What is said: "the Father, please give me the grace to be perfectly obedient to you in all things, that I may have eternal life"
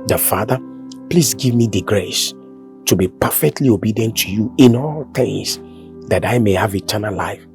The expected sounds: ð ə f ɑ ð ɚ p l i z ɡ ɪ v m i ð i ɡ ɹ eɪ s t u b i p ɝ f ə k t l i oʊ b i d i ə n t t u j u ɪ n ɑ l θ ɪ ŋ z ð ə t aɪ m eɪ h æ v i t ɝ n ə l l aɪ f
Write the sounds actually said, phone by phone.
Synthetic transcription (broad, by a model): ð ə f ɑ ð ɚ p l i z ɡ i v m i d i ɡ ɹ eɪ s t u b i p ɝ f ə k t l i oʊ b i d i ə n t t u j u ɪ n ɑ l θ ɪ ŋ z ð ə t aɪ m eɪ h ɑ v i t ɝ n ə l l aɪ f